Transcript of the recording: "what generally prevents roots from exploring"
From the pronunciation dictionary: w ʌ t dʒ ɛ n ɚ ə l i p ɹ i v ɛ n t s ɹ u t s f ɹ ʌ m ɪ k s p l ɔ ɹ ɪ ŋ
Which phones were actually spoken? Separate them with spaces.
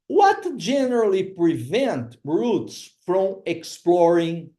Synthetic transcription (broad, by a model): w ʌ t dʒ ɛ n ɚ ə l i p ɹ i v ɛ n t ɹ u t s f ɹ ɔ m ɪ k s p l ɔ ɹ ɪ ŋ